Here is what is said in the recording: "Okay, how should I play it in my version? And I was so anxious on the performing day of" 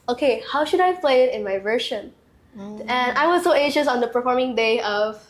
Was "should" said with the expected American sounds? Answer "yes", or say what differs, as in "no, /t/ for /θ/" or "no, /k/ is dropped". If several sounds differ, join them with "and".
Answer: yes